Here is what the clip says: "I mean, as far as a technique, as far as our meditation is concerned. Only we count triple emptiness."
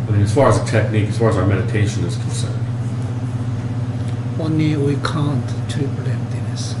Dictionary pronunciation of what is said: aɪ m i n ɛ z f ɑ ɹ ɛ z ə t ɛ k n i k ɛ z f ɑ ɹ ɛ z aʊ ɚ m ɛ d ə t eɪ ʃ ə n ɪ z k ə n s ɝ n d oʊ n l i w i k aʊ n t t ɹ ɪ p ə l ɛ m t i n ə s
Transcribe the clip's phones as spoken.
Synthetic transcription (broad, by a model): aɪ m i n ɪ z f ɑ ɹ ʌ z ə t ɛ k n i k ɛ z f ɑ ɹ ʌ z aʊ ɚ m ɛ d ə t eɪ ʃ ə n ɪ z k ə n s ɝ n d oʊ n i w i k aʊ n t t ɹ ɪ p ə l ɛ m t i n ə s